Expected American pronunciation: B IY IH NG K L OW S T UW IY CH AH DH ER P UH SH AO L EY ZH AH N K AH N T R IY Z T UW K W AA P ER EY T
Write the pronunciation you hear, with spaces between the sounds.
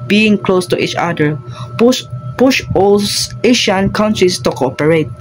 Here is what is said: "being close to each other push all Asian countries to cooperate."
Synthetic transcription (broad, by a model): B IY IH NG K L OW S T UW IY CH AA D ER P UH SH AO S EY SH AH N K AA N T R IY S T UW K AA P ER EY T